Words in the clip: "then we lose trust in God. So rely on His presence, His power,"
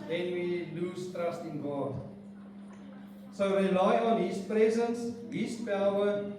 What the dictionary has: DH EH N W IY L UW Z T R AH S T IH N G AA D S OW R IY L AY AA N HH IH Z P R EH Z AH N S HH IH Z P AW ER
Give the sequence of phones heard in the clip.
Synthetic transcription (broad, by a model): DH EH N W IY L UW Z T R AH S T IH N G AA D S OW R IY L AY AA N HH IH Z P R EH Z AH N S HH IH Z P AW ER